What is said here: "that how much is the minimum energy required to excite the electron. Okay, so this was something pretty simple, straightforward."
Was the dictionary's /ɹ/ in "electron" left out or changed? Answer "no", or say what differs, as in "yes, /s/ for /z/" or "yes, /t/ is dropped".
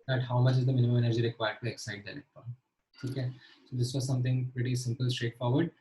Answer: yes, /ɹ/ is dropped